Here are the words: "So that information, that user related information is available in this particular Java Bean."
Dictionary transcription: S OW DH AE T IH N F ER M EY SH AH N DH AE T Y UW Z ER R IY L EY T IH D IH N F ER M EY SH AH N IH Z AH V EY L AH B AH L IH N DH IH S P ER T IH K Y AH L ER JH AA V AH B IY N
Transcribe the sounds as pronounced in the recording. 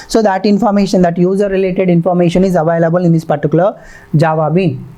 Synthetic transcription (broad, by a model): S OW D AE T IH N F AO M EY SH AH N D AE T Y UW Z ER R IY L EY T IH D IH N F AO M EY SH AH N IH Z AH V EY L AH B AH L IH N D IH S P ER T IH K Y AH L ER JH AA V AH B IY N